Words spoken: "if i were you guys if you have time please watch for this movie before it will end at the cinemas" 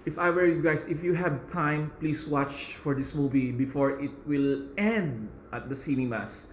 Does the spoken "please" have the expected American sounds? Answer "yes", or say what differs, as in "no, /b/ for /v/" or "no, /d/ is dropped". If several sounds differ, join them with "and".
no, /s/ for /z/